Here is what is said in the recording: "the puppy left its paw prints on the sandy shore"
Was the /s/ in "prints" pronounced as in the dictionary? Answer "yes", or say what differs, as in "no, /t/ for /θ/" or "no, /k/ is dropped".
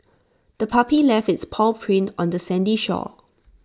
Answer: no, /s/ is dropped